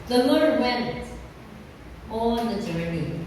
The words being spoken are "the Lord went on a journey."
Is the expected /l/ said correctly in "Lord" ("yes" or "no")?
yes